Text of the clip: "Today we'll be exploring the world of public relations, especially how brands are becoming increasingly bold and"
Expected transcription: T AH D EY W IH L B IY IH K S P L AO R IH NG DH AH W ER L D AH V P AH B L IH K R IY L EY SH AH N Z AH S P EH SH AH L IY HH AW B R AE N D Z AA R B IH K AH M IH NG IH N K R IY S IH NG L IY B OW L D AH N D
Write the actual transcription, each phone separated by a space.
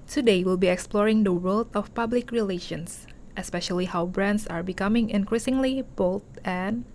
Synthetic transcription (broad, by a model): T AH D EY W IH L B IY IH K S P L AO R IH NG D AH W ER L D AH F P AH B L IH K R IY L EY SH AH N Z AH S P EH SH AH L IY HH AW B R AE N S AA R B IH K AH M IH NG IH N K R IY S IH NG L IY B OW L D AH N